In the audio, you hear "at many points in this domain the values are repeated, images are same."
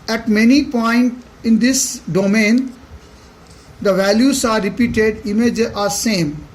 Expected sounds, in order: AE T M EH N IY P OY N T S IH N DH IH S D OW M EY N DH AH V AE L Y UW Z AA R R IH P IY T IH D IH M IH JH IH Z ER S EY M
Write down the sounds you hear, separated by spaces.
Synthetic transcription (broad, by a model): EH T M EH N IY P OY N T IH N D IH S D OW M EY N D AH V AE L Y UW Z AA R R IH P IY T IH D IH M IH JH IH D S EY M